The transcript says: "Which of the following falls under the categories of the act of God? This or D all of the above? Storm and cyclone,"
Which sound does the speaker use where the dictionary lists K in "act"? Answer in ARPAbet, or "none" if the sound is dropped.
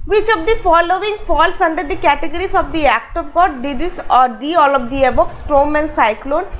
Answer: K